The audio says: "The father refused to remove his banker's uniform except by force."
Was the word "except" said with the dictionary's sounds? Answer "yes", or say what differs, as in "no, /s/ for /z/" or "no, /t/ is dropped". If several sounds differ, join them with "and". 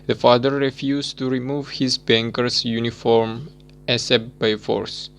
no, /k/ is dropped